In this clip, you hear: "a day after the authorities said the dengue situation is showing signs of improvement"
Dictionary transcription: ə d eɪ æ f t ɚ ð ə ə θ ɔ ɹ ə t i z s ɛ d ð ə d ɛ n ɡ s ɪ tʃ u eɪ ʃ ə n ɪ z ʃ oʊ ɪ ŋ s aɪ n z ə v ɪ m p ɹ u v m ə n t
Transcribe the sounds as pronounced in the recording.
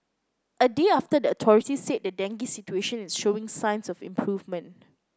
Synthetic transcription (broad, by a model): ə d eɪ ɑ f t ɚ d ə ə t ɔ ɹ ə t i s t ɛ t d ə d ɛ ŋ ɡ s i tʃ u eɪ ʃ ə n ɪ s ʃ oʊ ɪ ŋ s aɪ n s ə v ɪ m p ɹ u v m ə n t